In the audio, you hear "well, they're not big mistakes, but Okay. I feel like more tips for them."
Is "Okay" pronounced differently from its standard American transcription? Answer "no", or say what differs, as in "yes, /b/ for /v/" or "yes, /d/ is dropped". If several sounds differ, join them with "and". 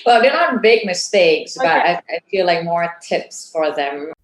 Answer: yes, /k/ is dropped